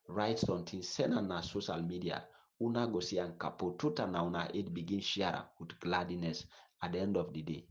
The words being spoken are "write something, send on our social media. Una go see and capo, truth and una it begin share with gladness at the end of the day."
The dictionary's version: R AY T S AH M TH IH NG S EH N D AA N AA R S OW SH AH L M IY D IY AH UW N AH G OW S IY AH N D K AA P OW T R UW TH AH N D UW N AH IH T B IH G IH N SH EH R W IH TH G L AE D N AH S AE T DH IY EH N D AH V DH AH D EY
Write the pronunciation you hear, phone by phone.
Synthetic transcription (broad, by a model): R AY T S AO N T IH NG S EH N AA N AA S OW SH AH L M IY D IY AH UW N AH G OW S IY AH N K AA P OW T UW T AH N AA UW N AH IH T B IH G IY N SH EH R W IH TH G L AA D N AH S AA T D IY EH N D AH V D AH D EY